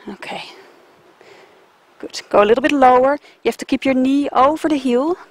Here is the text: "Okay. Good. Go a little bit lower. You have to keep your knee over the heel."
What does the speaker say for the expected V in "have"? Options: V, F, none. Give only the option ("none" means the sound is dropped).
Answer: F